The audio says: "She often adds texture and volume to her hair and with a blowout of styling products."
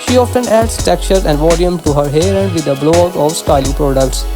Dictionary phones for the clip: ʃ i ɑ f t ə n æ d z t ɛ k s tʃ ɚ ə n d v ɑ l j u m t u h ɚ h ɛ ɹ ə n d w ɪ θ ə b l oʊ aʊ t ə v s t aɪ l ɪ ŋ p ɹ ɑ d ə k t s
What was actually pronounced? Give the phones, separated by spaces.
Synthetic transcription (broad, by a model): ʃ i ɑ f t ə n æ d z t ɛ k tʃ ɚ ə n d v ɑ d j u m t u h ɚ h ɛ ɹ ə n d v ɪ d ə b l oʊ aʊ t ə v s t aɪ l ɪ ŋ p ɹ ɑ d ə k t s